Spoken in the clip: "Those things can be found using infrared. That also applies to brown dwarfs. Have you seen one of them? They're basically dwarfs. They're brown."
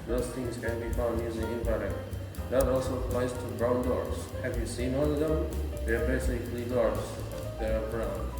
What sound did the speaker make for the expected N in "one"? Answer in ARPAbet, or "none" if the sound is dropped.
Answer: L